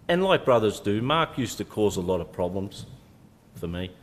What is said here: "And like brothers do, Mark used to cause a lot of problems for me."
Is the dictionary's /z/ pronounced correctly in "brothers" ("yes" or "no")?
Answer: yes